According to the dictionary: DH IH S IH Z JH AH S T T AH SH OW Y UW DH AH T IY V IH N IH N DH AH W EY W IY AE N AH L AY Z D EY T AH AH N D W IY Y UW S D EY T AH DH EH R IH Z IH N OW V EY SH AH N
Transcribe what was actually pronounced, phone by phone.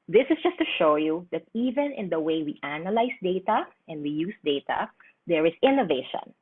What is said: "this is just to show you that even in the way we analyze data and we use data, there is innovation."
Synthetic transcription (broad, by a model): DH IH S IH S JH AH S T T AH SH OW Y UW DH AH T IY V IH N IH N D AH W EY W IY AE N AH L AY S D EY T AH AH N D W IY Y UW S D EY T AH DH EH R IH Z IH N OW V EY SH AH N